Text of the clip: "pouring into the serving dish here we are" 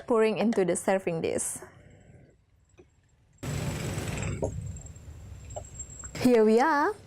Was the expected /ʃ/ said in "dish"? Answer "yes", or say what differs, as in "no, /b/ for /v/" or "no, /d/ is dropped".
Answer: no, /s/ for /ʃ/